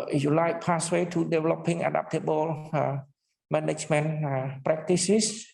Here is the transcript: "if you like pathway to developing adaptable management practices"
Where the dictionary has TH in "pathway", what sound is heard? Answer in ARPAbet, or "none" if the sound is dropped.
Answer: S